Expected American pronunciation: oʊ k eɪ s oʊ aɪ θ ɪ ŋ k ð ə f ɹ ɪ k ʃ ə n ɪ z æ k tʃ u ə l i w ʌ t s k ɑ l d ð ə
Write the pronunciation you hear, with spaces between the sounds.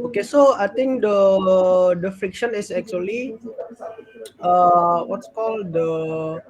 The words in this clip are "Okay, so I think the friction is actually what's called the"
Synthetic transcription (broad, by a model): oʊ k eɪ s oʊ aɪ t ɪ ŋ k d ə f ɹ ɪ k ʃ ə n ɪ s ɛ k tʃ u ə l i w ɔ t s k ɑ l d ə